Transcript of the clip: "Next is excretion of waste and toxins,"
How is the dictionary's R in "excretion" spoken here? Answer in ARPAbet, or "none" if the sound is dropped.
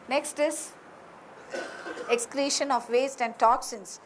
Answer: L